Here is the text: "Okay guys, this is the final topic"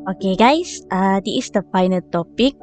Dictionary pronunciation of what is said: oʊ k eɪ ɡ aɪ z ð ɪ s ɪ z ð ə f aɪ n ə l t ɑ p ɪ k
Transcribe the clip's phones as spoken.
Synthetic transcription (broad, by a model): oʊ k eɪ ɡ aɪ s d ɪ ɪ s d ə f aɪ n ə l t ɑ p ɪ k